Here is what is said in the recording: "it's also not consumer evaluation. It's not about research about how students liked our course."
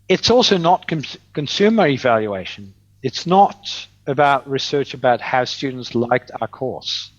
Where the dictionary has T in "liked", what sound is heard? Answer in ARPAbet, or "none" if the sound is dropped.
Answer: T